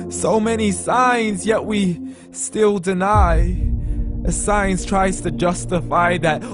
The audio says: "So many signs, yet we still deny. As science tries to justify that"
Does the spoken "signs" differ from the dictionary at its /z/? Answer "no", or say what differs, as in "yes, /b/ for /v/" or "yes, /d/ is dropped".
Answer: no